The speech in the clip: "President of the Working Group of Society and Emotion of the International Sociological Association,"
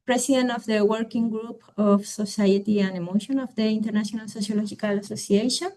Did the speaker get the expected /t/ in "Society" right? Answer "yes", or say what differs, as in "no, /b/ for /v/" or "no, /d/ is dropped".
yes